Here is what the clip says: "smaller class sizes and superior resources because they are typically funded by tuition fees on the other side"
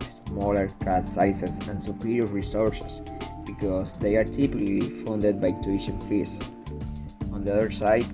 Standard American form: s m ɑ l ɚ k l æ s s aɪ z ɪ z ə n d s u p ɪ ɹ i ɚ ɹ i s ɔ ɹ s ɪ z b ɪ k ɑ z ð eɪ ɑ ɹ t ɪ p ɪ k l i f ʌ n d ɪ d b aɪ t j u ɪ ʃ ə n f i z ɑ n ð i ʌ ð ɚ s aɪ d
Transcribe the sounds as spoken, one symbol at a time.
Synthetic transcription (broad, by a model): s m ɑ l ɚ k ɑ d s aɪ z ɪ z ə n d s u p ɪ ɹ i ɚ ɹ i s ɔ ɹ s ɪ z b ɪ k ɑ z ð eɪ ɑ ɹ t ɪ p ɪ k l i f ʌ n d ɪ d b aɪ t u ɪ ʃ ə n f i s ɑ n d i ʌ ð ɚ s aɪ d